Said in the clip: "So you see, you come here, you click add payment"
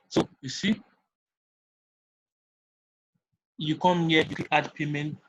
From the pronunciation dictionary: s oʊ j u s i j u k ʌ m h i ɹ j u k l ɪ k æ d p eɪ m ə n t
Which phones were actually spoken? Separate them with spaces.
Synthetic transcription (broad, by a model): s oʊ j u s i j u k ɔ m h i j u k ɪ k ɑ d p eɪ m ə n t